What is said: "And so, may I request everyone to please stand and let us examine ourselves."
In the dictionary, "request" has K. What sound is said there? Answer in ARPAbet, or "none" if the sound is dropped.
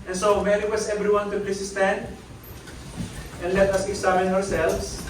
none